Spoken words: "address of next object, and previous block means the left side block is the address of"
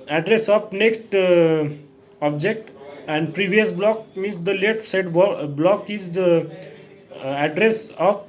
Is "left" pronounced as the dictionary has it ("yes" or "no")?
no